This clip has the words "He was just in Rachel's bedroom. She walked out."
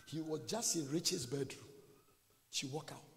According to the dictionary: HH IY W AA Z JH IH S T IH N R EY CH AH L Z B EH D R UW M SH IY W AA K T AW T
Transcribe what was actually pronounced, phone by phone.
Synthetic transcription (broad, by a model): HH IY W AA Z JH IH S T IH N R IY CH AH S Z B EH D R UW M SH IY W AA K AW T